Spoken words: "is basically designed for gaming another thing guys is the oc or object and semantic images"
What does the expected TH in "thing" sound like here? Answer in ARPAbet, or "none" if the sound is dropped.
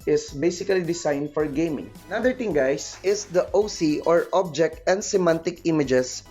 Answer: T